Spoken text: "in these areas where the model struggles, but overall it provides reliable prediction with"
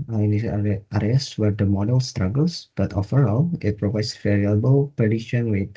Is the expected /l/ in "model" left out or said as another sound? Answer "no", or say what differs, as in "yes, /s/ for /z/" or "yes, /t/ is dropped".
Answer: no